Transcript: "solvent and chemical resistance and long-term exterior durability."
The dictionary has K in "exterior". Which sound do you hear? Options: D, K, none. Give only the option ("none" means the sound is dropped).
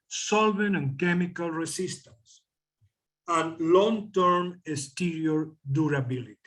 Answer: none